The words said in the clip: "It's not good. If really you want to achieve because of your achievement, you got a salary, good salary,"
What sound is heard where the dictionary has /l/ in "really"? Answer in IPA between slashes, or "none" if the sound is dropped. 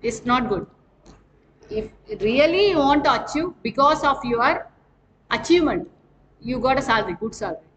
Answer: none